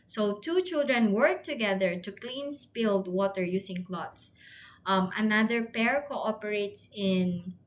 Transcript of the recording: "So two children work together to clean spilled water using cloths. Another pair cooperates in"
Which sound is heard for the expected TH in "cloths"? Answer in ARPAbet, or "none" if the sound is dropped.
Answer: T